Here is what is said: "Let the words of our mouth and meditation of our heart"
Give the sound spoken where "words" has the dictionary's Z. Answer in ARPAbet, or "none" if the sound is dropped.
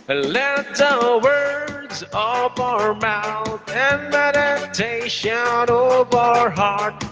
Z